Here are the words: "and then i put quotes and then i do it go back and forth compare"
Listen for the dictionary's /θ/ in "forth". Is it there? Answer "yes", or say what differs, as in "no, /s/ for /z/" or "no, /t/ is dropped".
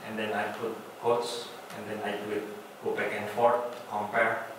no, /t/ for /θ/